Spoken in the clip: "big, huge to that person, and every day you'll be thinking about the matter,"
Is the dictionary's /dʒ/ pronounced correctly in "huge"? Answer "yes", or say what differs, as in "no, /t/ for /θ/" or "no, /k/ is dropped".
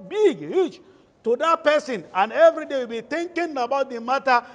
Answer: no, /tʃ/ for /dʒ/